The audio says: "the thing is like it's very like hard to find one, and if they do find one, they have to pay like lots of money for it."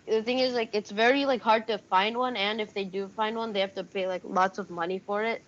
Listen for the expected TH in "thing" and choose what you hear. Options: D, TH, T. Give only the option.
TH